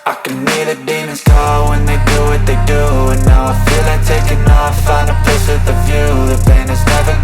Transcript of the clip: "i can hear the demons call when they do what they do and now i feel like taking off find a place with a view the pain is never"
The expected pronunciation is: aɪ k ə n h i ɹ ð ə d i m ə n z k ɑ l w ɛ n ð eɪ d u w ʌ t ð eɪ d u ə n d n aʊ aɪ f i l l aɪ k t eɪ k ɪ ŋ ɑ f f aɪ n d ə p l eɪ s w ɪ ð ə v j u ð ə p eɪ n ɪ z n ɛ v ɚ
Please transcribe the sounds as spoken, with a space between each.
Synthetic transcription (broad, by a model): aɪ k ə n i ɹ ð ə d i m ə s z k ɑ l w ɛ n ð eɪ d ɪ w ʌ t ð eɪ d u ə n n aʊ aɪ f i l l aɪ t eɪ k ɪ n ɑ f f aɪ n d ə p ɪ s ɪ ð ə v j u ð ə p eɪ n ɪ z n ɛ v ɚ